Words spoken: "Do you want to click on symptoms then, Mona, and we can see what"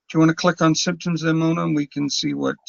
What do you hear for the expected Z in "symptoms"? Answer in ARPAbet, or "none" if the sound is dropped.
Z